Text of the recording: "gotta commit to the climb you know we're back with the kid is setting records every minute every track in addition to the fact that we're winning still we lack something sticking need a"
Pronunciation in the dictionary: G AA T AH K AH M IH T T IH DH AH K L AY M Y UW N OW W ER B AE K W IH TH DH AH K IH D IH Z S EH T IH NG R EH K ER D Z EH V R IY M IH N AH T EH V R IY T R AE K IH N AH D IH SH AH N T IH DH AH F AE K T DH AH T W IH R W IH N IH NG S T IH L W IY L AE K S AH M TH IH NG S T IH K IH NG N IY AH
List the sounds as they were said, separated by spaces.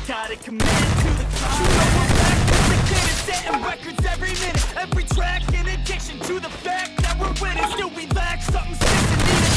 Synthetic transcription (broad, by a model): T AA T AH K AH M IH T T IH DH AH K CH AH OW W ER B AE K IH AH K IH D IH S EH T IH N R EH K ER D Z EH V R IY M IH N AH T EH V R IY T R AE K IH N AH D IH SH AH N T IH DH AH F AE K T DH AH T W IH R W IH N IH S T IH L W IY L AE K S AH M S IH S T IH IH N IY